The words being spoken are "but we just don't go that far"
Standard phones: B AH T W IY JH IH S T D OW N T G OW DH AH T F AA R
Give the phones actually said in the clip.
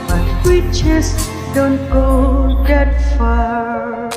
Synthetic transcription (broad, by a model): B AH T W IY CH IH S D OW N T G OW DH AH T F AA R